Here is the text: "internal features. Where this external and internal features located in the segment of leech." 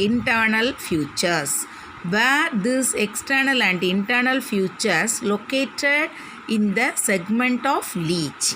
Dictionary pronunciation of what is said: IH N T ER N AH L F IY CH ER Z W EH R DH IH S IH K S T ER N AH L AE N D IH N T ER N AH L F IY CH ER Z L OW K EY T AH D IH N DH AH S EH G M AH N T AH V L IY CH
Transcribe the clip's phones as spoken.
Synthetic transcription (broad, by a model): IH N T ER N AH L F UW CH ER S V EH R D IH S IH K S T ER N AH L AE N D IH N T ER N AH L F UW CH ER S L OW K EY T AH D IH N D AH S EH G M AH N T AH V L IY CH